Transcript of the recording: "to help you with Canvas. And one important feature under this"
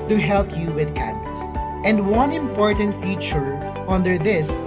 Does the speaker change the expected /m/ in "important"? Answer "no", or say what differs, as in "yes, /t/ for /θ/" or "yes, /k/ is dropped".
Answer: no